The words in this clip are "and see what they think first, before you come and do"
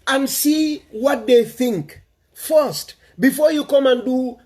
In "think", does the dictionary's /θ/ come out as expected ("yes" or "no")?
yes